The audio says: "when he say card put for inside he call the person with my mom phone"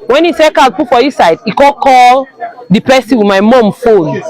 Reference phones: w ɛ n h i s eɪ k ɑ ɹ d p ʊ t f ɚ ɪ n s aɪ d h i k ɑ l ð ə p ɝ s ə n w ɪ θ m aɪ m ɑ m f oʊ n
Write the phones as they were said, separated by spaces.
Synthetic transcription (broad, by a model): w ɛ n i s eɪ k ɑ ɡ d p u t f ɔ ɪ s aɪ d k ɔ k ɑ l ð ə p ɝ s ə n w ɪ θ m aɪ m ɑ m f oʊ n